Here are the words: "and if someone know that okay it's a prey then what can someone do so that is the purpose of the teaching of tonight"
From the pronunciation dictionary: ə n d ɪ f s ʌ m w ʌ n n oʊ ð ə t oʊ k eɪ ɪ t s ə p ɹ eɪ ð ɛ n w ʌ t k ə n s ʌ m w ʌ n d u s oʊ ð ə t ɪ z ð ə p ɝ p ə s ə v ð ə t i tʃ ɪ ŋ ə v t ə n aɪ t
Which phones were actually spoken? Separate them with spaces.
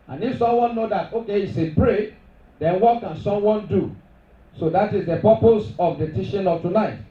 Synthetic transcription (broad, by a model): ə n ɪ f s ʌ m w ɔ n n oʊ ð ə t oʊ k eɪ ɪ t s ə b ɹ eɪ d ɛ n w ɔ t k ə n s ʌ m w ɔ n d u s oʊ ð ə t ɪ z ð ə p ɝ p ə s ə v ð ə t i ʃ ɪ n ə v t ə n aɪ t